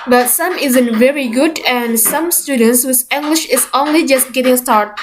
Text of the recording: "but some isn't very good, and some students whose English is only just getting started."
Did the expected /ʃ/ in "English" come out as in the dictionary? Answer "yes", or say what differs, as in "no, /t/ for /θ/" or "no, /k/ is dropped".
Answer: yes